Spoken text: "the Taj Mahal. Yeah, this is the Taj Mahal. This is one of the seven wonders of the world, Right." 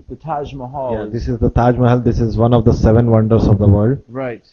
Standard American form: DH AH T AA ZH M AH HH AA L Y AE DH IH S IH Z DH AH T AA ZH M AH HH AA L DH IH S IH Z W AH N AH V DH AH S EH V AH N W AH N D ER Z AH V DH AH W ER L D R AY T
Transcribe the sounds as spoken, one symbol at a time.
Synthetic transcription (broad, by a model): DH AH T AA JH M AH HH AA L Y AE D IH S IH Z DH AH T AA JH M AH HH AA L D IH S IH Z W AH N AH V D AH S EH V AH N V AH N D ER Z AH V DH AH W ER D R AY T